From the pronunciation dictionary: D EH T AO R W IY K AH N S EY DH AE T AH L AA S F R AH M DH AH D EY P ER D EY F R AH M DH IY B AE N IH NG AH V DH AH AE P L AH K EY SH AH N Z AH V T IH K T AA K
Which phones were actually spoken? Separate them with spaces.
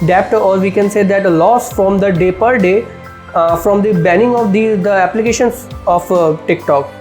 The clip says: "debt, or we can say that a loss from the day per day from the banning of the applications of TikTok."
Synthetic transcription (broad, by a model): D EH T AO R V IY K AH N S EY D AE T L AA S F R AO M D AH D EY P ER D EY F R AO M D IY B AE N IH NG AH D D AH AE P L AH K EY SH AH N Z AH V T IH K T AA K